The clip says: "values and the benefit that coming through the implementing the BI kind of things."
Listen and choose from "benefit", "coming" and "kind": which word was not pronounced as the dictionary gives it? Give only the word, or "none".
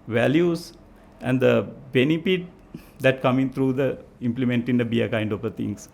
benefit